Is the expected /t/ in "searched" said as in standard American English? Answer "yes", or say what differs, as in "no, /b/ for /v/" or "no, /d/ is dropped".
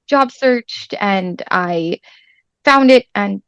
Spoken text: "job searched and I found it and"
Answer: yes